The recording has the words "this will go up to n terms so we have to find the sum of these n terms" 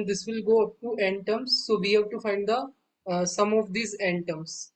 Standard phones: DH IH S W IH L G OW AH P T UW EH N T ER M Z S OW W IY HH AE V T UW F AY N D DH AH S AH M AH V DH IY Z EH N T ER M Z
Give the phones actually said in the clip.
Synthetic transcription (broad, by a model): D IH S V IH L G OW AH P T UW EH N T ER M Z S OW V IY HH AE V T UW F AY N D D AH S AH M AH V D IY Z EH N T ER M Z